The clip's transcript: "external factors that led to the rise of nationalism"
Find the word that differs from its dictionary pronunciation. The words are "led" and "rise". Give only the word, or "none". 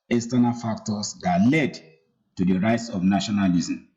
rise